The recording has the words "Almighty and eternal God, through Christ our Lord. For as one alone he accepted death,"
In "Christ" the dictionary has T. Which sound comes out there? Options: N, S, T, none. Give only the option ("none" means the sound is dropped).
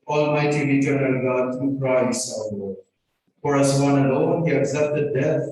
none